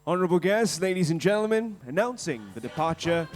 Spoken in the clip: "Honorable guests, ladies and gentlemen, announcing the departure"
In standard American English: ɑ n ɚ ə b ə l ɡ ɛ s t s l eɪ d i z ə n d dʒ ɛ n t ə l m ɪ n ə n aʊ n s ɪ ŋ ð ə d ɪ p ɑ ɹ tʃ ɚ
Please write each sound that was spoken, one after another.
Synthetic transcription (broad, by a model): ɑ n ɚ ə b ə l ɡ ɛ s t s l eɪ d i z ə n dʒ ɛ n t l m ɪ n ə n aʊ n s ɪ ŋ ð ə d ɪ p ɑ ɹ tʃ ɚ